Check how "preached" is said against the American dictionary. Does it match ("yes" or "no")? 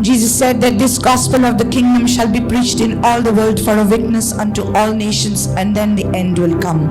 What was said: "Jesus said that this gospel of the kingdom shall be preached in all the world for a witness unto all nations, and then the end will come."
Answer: yes